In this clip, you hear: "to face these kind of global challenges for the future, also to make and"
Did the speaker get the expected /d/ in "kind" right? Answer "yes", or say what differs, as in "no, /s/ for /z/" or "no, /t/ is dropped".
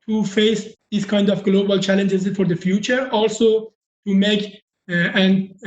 yes